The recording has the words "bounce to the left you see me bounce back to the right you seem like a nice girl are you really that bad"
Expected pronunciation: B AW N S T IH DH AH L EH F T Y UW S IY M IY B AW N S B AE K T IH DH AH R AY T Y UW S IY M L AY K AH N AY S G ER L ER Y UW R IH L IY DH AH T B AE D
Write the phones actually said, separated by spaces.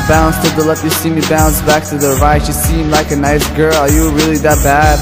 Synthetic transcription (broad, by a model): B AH N S T IH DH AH L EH T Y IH S IY M IY B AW N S B AE K T IH DH AH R AY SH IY S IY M L AY K AH N AY S G ER L ER Y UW R IH L IY DH AH T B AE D